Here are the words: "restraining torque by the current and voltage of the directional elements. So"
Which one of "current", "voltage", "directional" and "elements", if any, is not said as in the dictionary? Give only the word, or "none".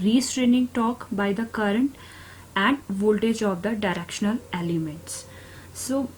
none